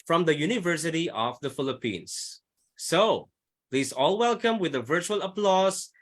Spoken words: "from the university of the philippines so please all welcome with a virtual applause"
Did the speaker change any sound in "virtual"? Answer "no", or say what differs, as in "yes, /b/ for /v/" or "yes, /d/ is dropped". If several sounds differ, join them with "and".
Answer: no